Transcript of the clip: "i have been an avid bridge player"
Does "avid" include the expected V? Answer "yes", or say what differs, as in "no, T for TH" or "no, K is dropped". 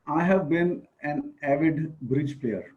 yes